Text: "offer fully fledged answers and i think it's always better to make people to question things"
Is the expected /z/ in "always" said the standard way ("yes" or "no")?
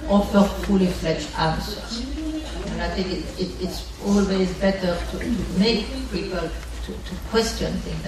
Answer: yes